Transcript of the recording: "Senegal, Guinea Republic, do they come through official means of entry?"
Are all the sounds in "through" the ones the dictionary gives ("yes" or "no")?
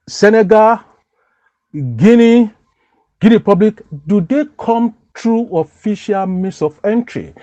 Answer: no